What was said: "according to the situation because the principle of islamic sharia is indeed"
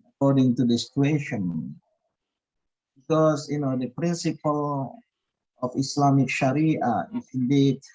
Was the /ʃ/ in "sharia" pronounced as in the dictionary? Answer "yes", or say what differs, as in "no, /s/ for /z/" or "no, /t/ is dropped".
yes